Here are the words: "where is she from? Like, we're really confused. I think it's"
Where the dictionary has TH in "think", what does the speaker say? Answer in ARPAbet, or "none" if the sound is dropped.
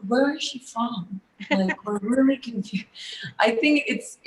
TH